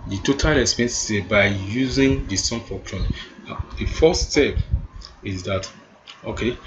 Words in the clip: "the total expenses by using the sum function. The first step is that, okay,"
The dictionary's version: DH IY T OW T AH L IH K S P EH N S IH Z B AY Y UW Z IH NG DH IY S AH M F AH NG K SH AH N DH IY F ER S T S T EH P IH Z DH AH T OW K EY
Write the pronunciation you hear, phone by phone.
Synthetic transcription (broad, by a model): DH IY T OW T AH L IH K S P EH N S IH B AY Y UW Z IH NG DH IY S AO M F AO K AH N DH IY F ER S S T EH P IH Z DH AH T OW K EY